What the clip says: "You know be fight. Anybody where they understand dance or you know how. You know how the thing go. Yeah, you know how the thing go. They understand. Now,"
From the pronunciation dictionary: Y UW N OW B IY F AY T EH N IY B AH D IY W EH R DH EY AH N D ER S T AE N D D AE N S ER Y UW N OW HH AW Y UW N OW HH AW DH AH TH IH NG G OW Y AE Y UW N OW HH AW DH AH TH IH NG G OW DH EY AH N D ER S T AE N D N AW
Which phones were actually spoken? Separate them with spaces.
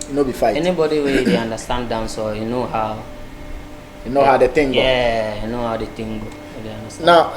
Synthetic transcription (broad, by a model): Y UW N OW B IY F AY EH N IY B AH D IY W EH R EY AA N D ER S T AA N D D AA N S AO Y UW N OW HH AW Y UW N OW HH AW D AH T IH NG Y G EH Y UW N OW HH AW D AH T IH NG G OW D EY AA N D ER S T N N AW